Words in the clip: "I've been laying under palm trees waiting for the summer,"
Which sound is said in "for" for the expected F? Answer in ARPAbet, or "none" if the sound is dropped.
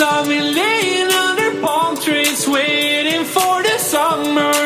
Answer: F